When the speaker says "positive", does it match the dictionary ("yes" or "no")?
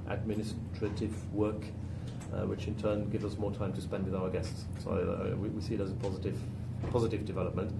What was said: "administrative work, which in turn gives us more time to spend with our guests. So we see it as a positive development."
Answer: yes